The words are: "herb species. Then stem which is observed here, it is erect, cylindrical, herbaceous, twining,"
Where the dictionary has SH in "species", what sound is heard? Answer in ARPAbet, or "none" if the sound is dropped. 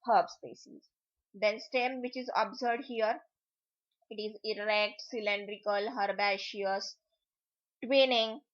S